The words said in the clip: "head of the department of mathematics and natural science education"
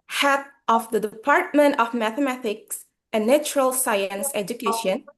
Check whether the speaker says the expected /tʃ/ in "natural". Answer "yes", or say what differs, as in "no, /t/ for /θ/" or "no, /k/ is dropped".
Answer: yes